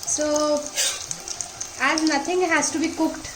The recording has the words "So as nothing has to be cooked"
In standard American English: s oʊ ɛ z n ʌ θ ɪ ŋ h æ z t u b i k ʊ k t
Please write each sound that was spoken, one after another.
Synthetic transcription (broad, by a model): s oʊ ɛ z n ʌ t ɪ ŋ h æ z t u b i k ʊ k t